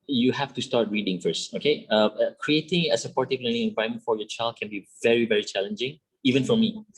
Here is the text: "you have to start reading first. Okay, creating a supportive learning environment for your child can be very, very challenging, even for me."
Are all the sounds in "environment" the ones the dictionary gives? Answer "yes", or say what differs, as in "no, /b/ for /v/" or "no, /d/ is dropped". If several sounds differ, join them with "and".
no, /ɹ/ is dropped and /n/ is dropped